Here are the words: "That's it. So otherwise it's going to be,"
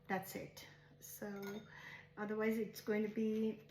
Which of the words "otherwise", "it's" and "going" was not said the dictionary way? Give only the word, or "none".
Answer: none